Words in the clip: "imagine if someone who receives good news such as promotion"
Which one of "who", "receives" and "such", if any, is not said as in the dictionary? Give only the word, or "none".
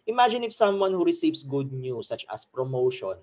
receives